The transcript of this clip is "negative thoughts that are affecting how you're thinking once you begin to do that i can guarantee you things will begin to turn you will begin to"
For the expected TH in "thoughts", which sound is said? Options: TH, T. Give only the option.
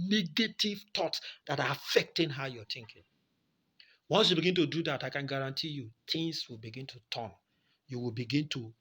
T